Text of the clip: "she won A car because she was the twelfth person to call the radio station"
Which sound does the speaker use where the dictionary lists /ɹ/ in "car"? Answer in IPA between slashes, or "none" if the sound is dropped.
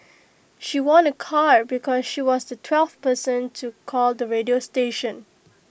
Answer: /ɹ/